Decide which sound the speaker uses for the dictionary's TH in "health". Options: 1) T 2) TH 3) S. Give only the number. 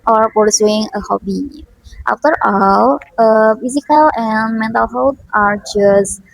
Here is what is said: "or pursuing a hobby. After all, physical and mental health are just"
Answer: 1